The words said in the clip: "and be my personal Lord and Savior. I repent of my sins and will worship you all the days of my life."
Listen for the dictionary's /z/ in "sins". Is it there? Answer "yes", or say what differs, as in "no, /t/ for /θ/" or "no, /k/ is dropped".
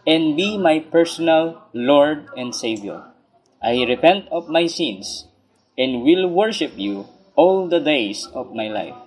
no, /s/ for /z/